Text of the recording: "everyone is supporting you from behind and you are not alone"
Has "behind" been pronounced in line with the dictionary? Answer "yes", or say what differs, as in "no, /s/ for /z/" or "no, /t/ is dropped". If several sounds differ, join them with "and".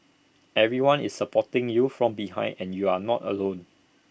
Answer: no, /d/ is dropped